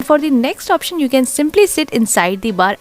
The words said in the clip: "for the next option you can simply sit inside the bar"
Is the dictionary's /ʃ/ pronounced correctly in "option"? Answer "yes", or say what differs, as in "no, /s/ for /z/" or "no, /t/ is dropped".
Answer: yes